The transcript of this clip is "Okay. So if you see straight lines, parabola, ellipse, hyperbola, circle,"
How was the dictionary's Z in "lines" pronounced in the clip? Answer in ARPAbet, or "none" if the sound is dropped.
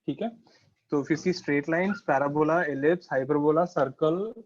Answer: S